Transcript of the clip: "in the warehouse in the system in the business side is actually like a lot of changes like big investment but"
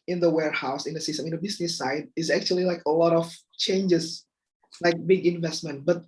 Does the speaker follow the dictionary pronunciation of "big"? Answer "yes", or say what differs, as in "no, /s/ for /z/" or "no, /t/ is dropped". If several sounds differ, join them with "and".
yes